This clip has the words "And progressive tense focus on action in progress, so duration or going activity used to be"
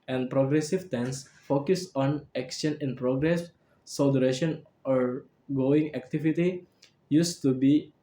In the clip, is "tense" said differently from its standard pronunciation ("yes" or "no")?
no